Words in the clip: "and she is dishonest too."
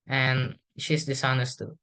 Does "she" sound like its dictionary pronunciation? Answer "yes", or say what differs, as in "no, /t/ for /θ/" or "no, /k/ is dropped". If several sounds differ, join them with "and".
yes